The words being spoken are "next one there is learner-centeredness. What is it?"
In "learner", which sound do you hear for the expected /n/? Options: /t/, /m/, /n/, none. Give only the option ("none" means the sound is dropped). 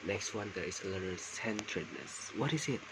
none